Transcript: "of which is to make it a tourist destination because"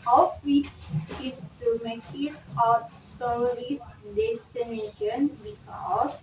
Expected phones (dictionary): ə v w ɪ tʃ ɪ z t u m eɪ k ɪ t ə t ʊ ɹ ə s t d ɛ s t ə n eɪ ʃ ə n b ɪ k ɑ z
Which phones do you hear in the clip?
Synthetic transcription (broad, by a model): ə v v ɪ tʃ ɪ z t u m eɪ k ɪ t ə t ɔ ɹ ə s d ɛ s t ə n eɪ ʃ ə n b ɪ k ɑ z